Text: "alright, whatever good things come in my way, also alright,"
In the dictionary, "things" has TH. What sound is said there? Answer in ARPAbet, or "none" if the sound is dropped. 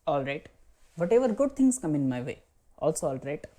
T